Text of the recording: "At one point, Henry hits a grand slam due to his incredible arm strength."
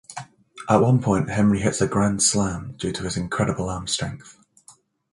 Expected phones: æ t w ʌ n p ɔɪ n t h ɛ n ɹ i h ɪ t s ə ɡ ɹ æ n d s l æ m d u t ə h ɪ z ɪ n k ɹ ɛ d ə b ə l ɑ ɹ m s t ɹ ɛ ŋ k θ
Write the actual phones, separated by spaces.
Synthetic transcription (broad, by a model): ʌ t w ʌ n p ɔɪ n t h ɛ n ɹ i h ɪ t s ə ɡ ɹ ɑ n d s l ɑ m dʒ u t ə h ɪ z ɪ n k ɹ ɛ d ə b ə l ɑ m s t ɹ ɛ ŋ k θ